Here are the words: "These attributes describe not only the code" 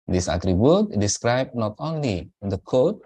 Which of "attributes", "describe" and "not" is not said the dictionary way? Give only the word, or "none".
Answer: attributes